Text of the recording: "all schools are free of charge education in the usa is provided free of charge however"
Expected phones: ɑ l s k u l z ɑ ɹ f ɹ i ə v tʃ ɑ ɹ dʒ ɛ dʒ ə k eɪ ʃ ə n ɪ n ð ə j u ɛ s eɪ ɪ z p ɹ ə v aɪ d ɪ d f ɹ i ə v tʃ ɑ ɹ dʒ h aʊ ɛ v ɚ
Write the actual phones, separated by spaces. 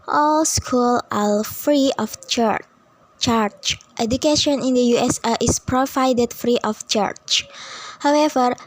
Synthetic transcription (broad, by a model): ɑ l s k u l ɑ l f ɹ i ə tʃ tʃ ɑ ɹ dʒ ɛ dʒ ə k eɪ ʃ ə n ɪ n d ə j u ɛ s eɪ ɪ s p ɹ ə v aɪ d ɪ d f ɹ i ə f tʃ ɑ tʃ h aʊ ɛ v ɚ